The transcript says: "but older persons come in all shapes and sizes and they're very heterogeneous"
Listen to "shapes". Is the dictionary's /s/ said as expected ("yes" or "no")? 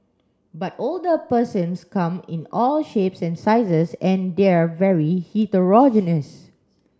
yes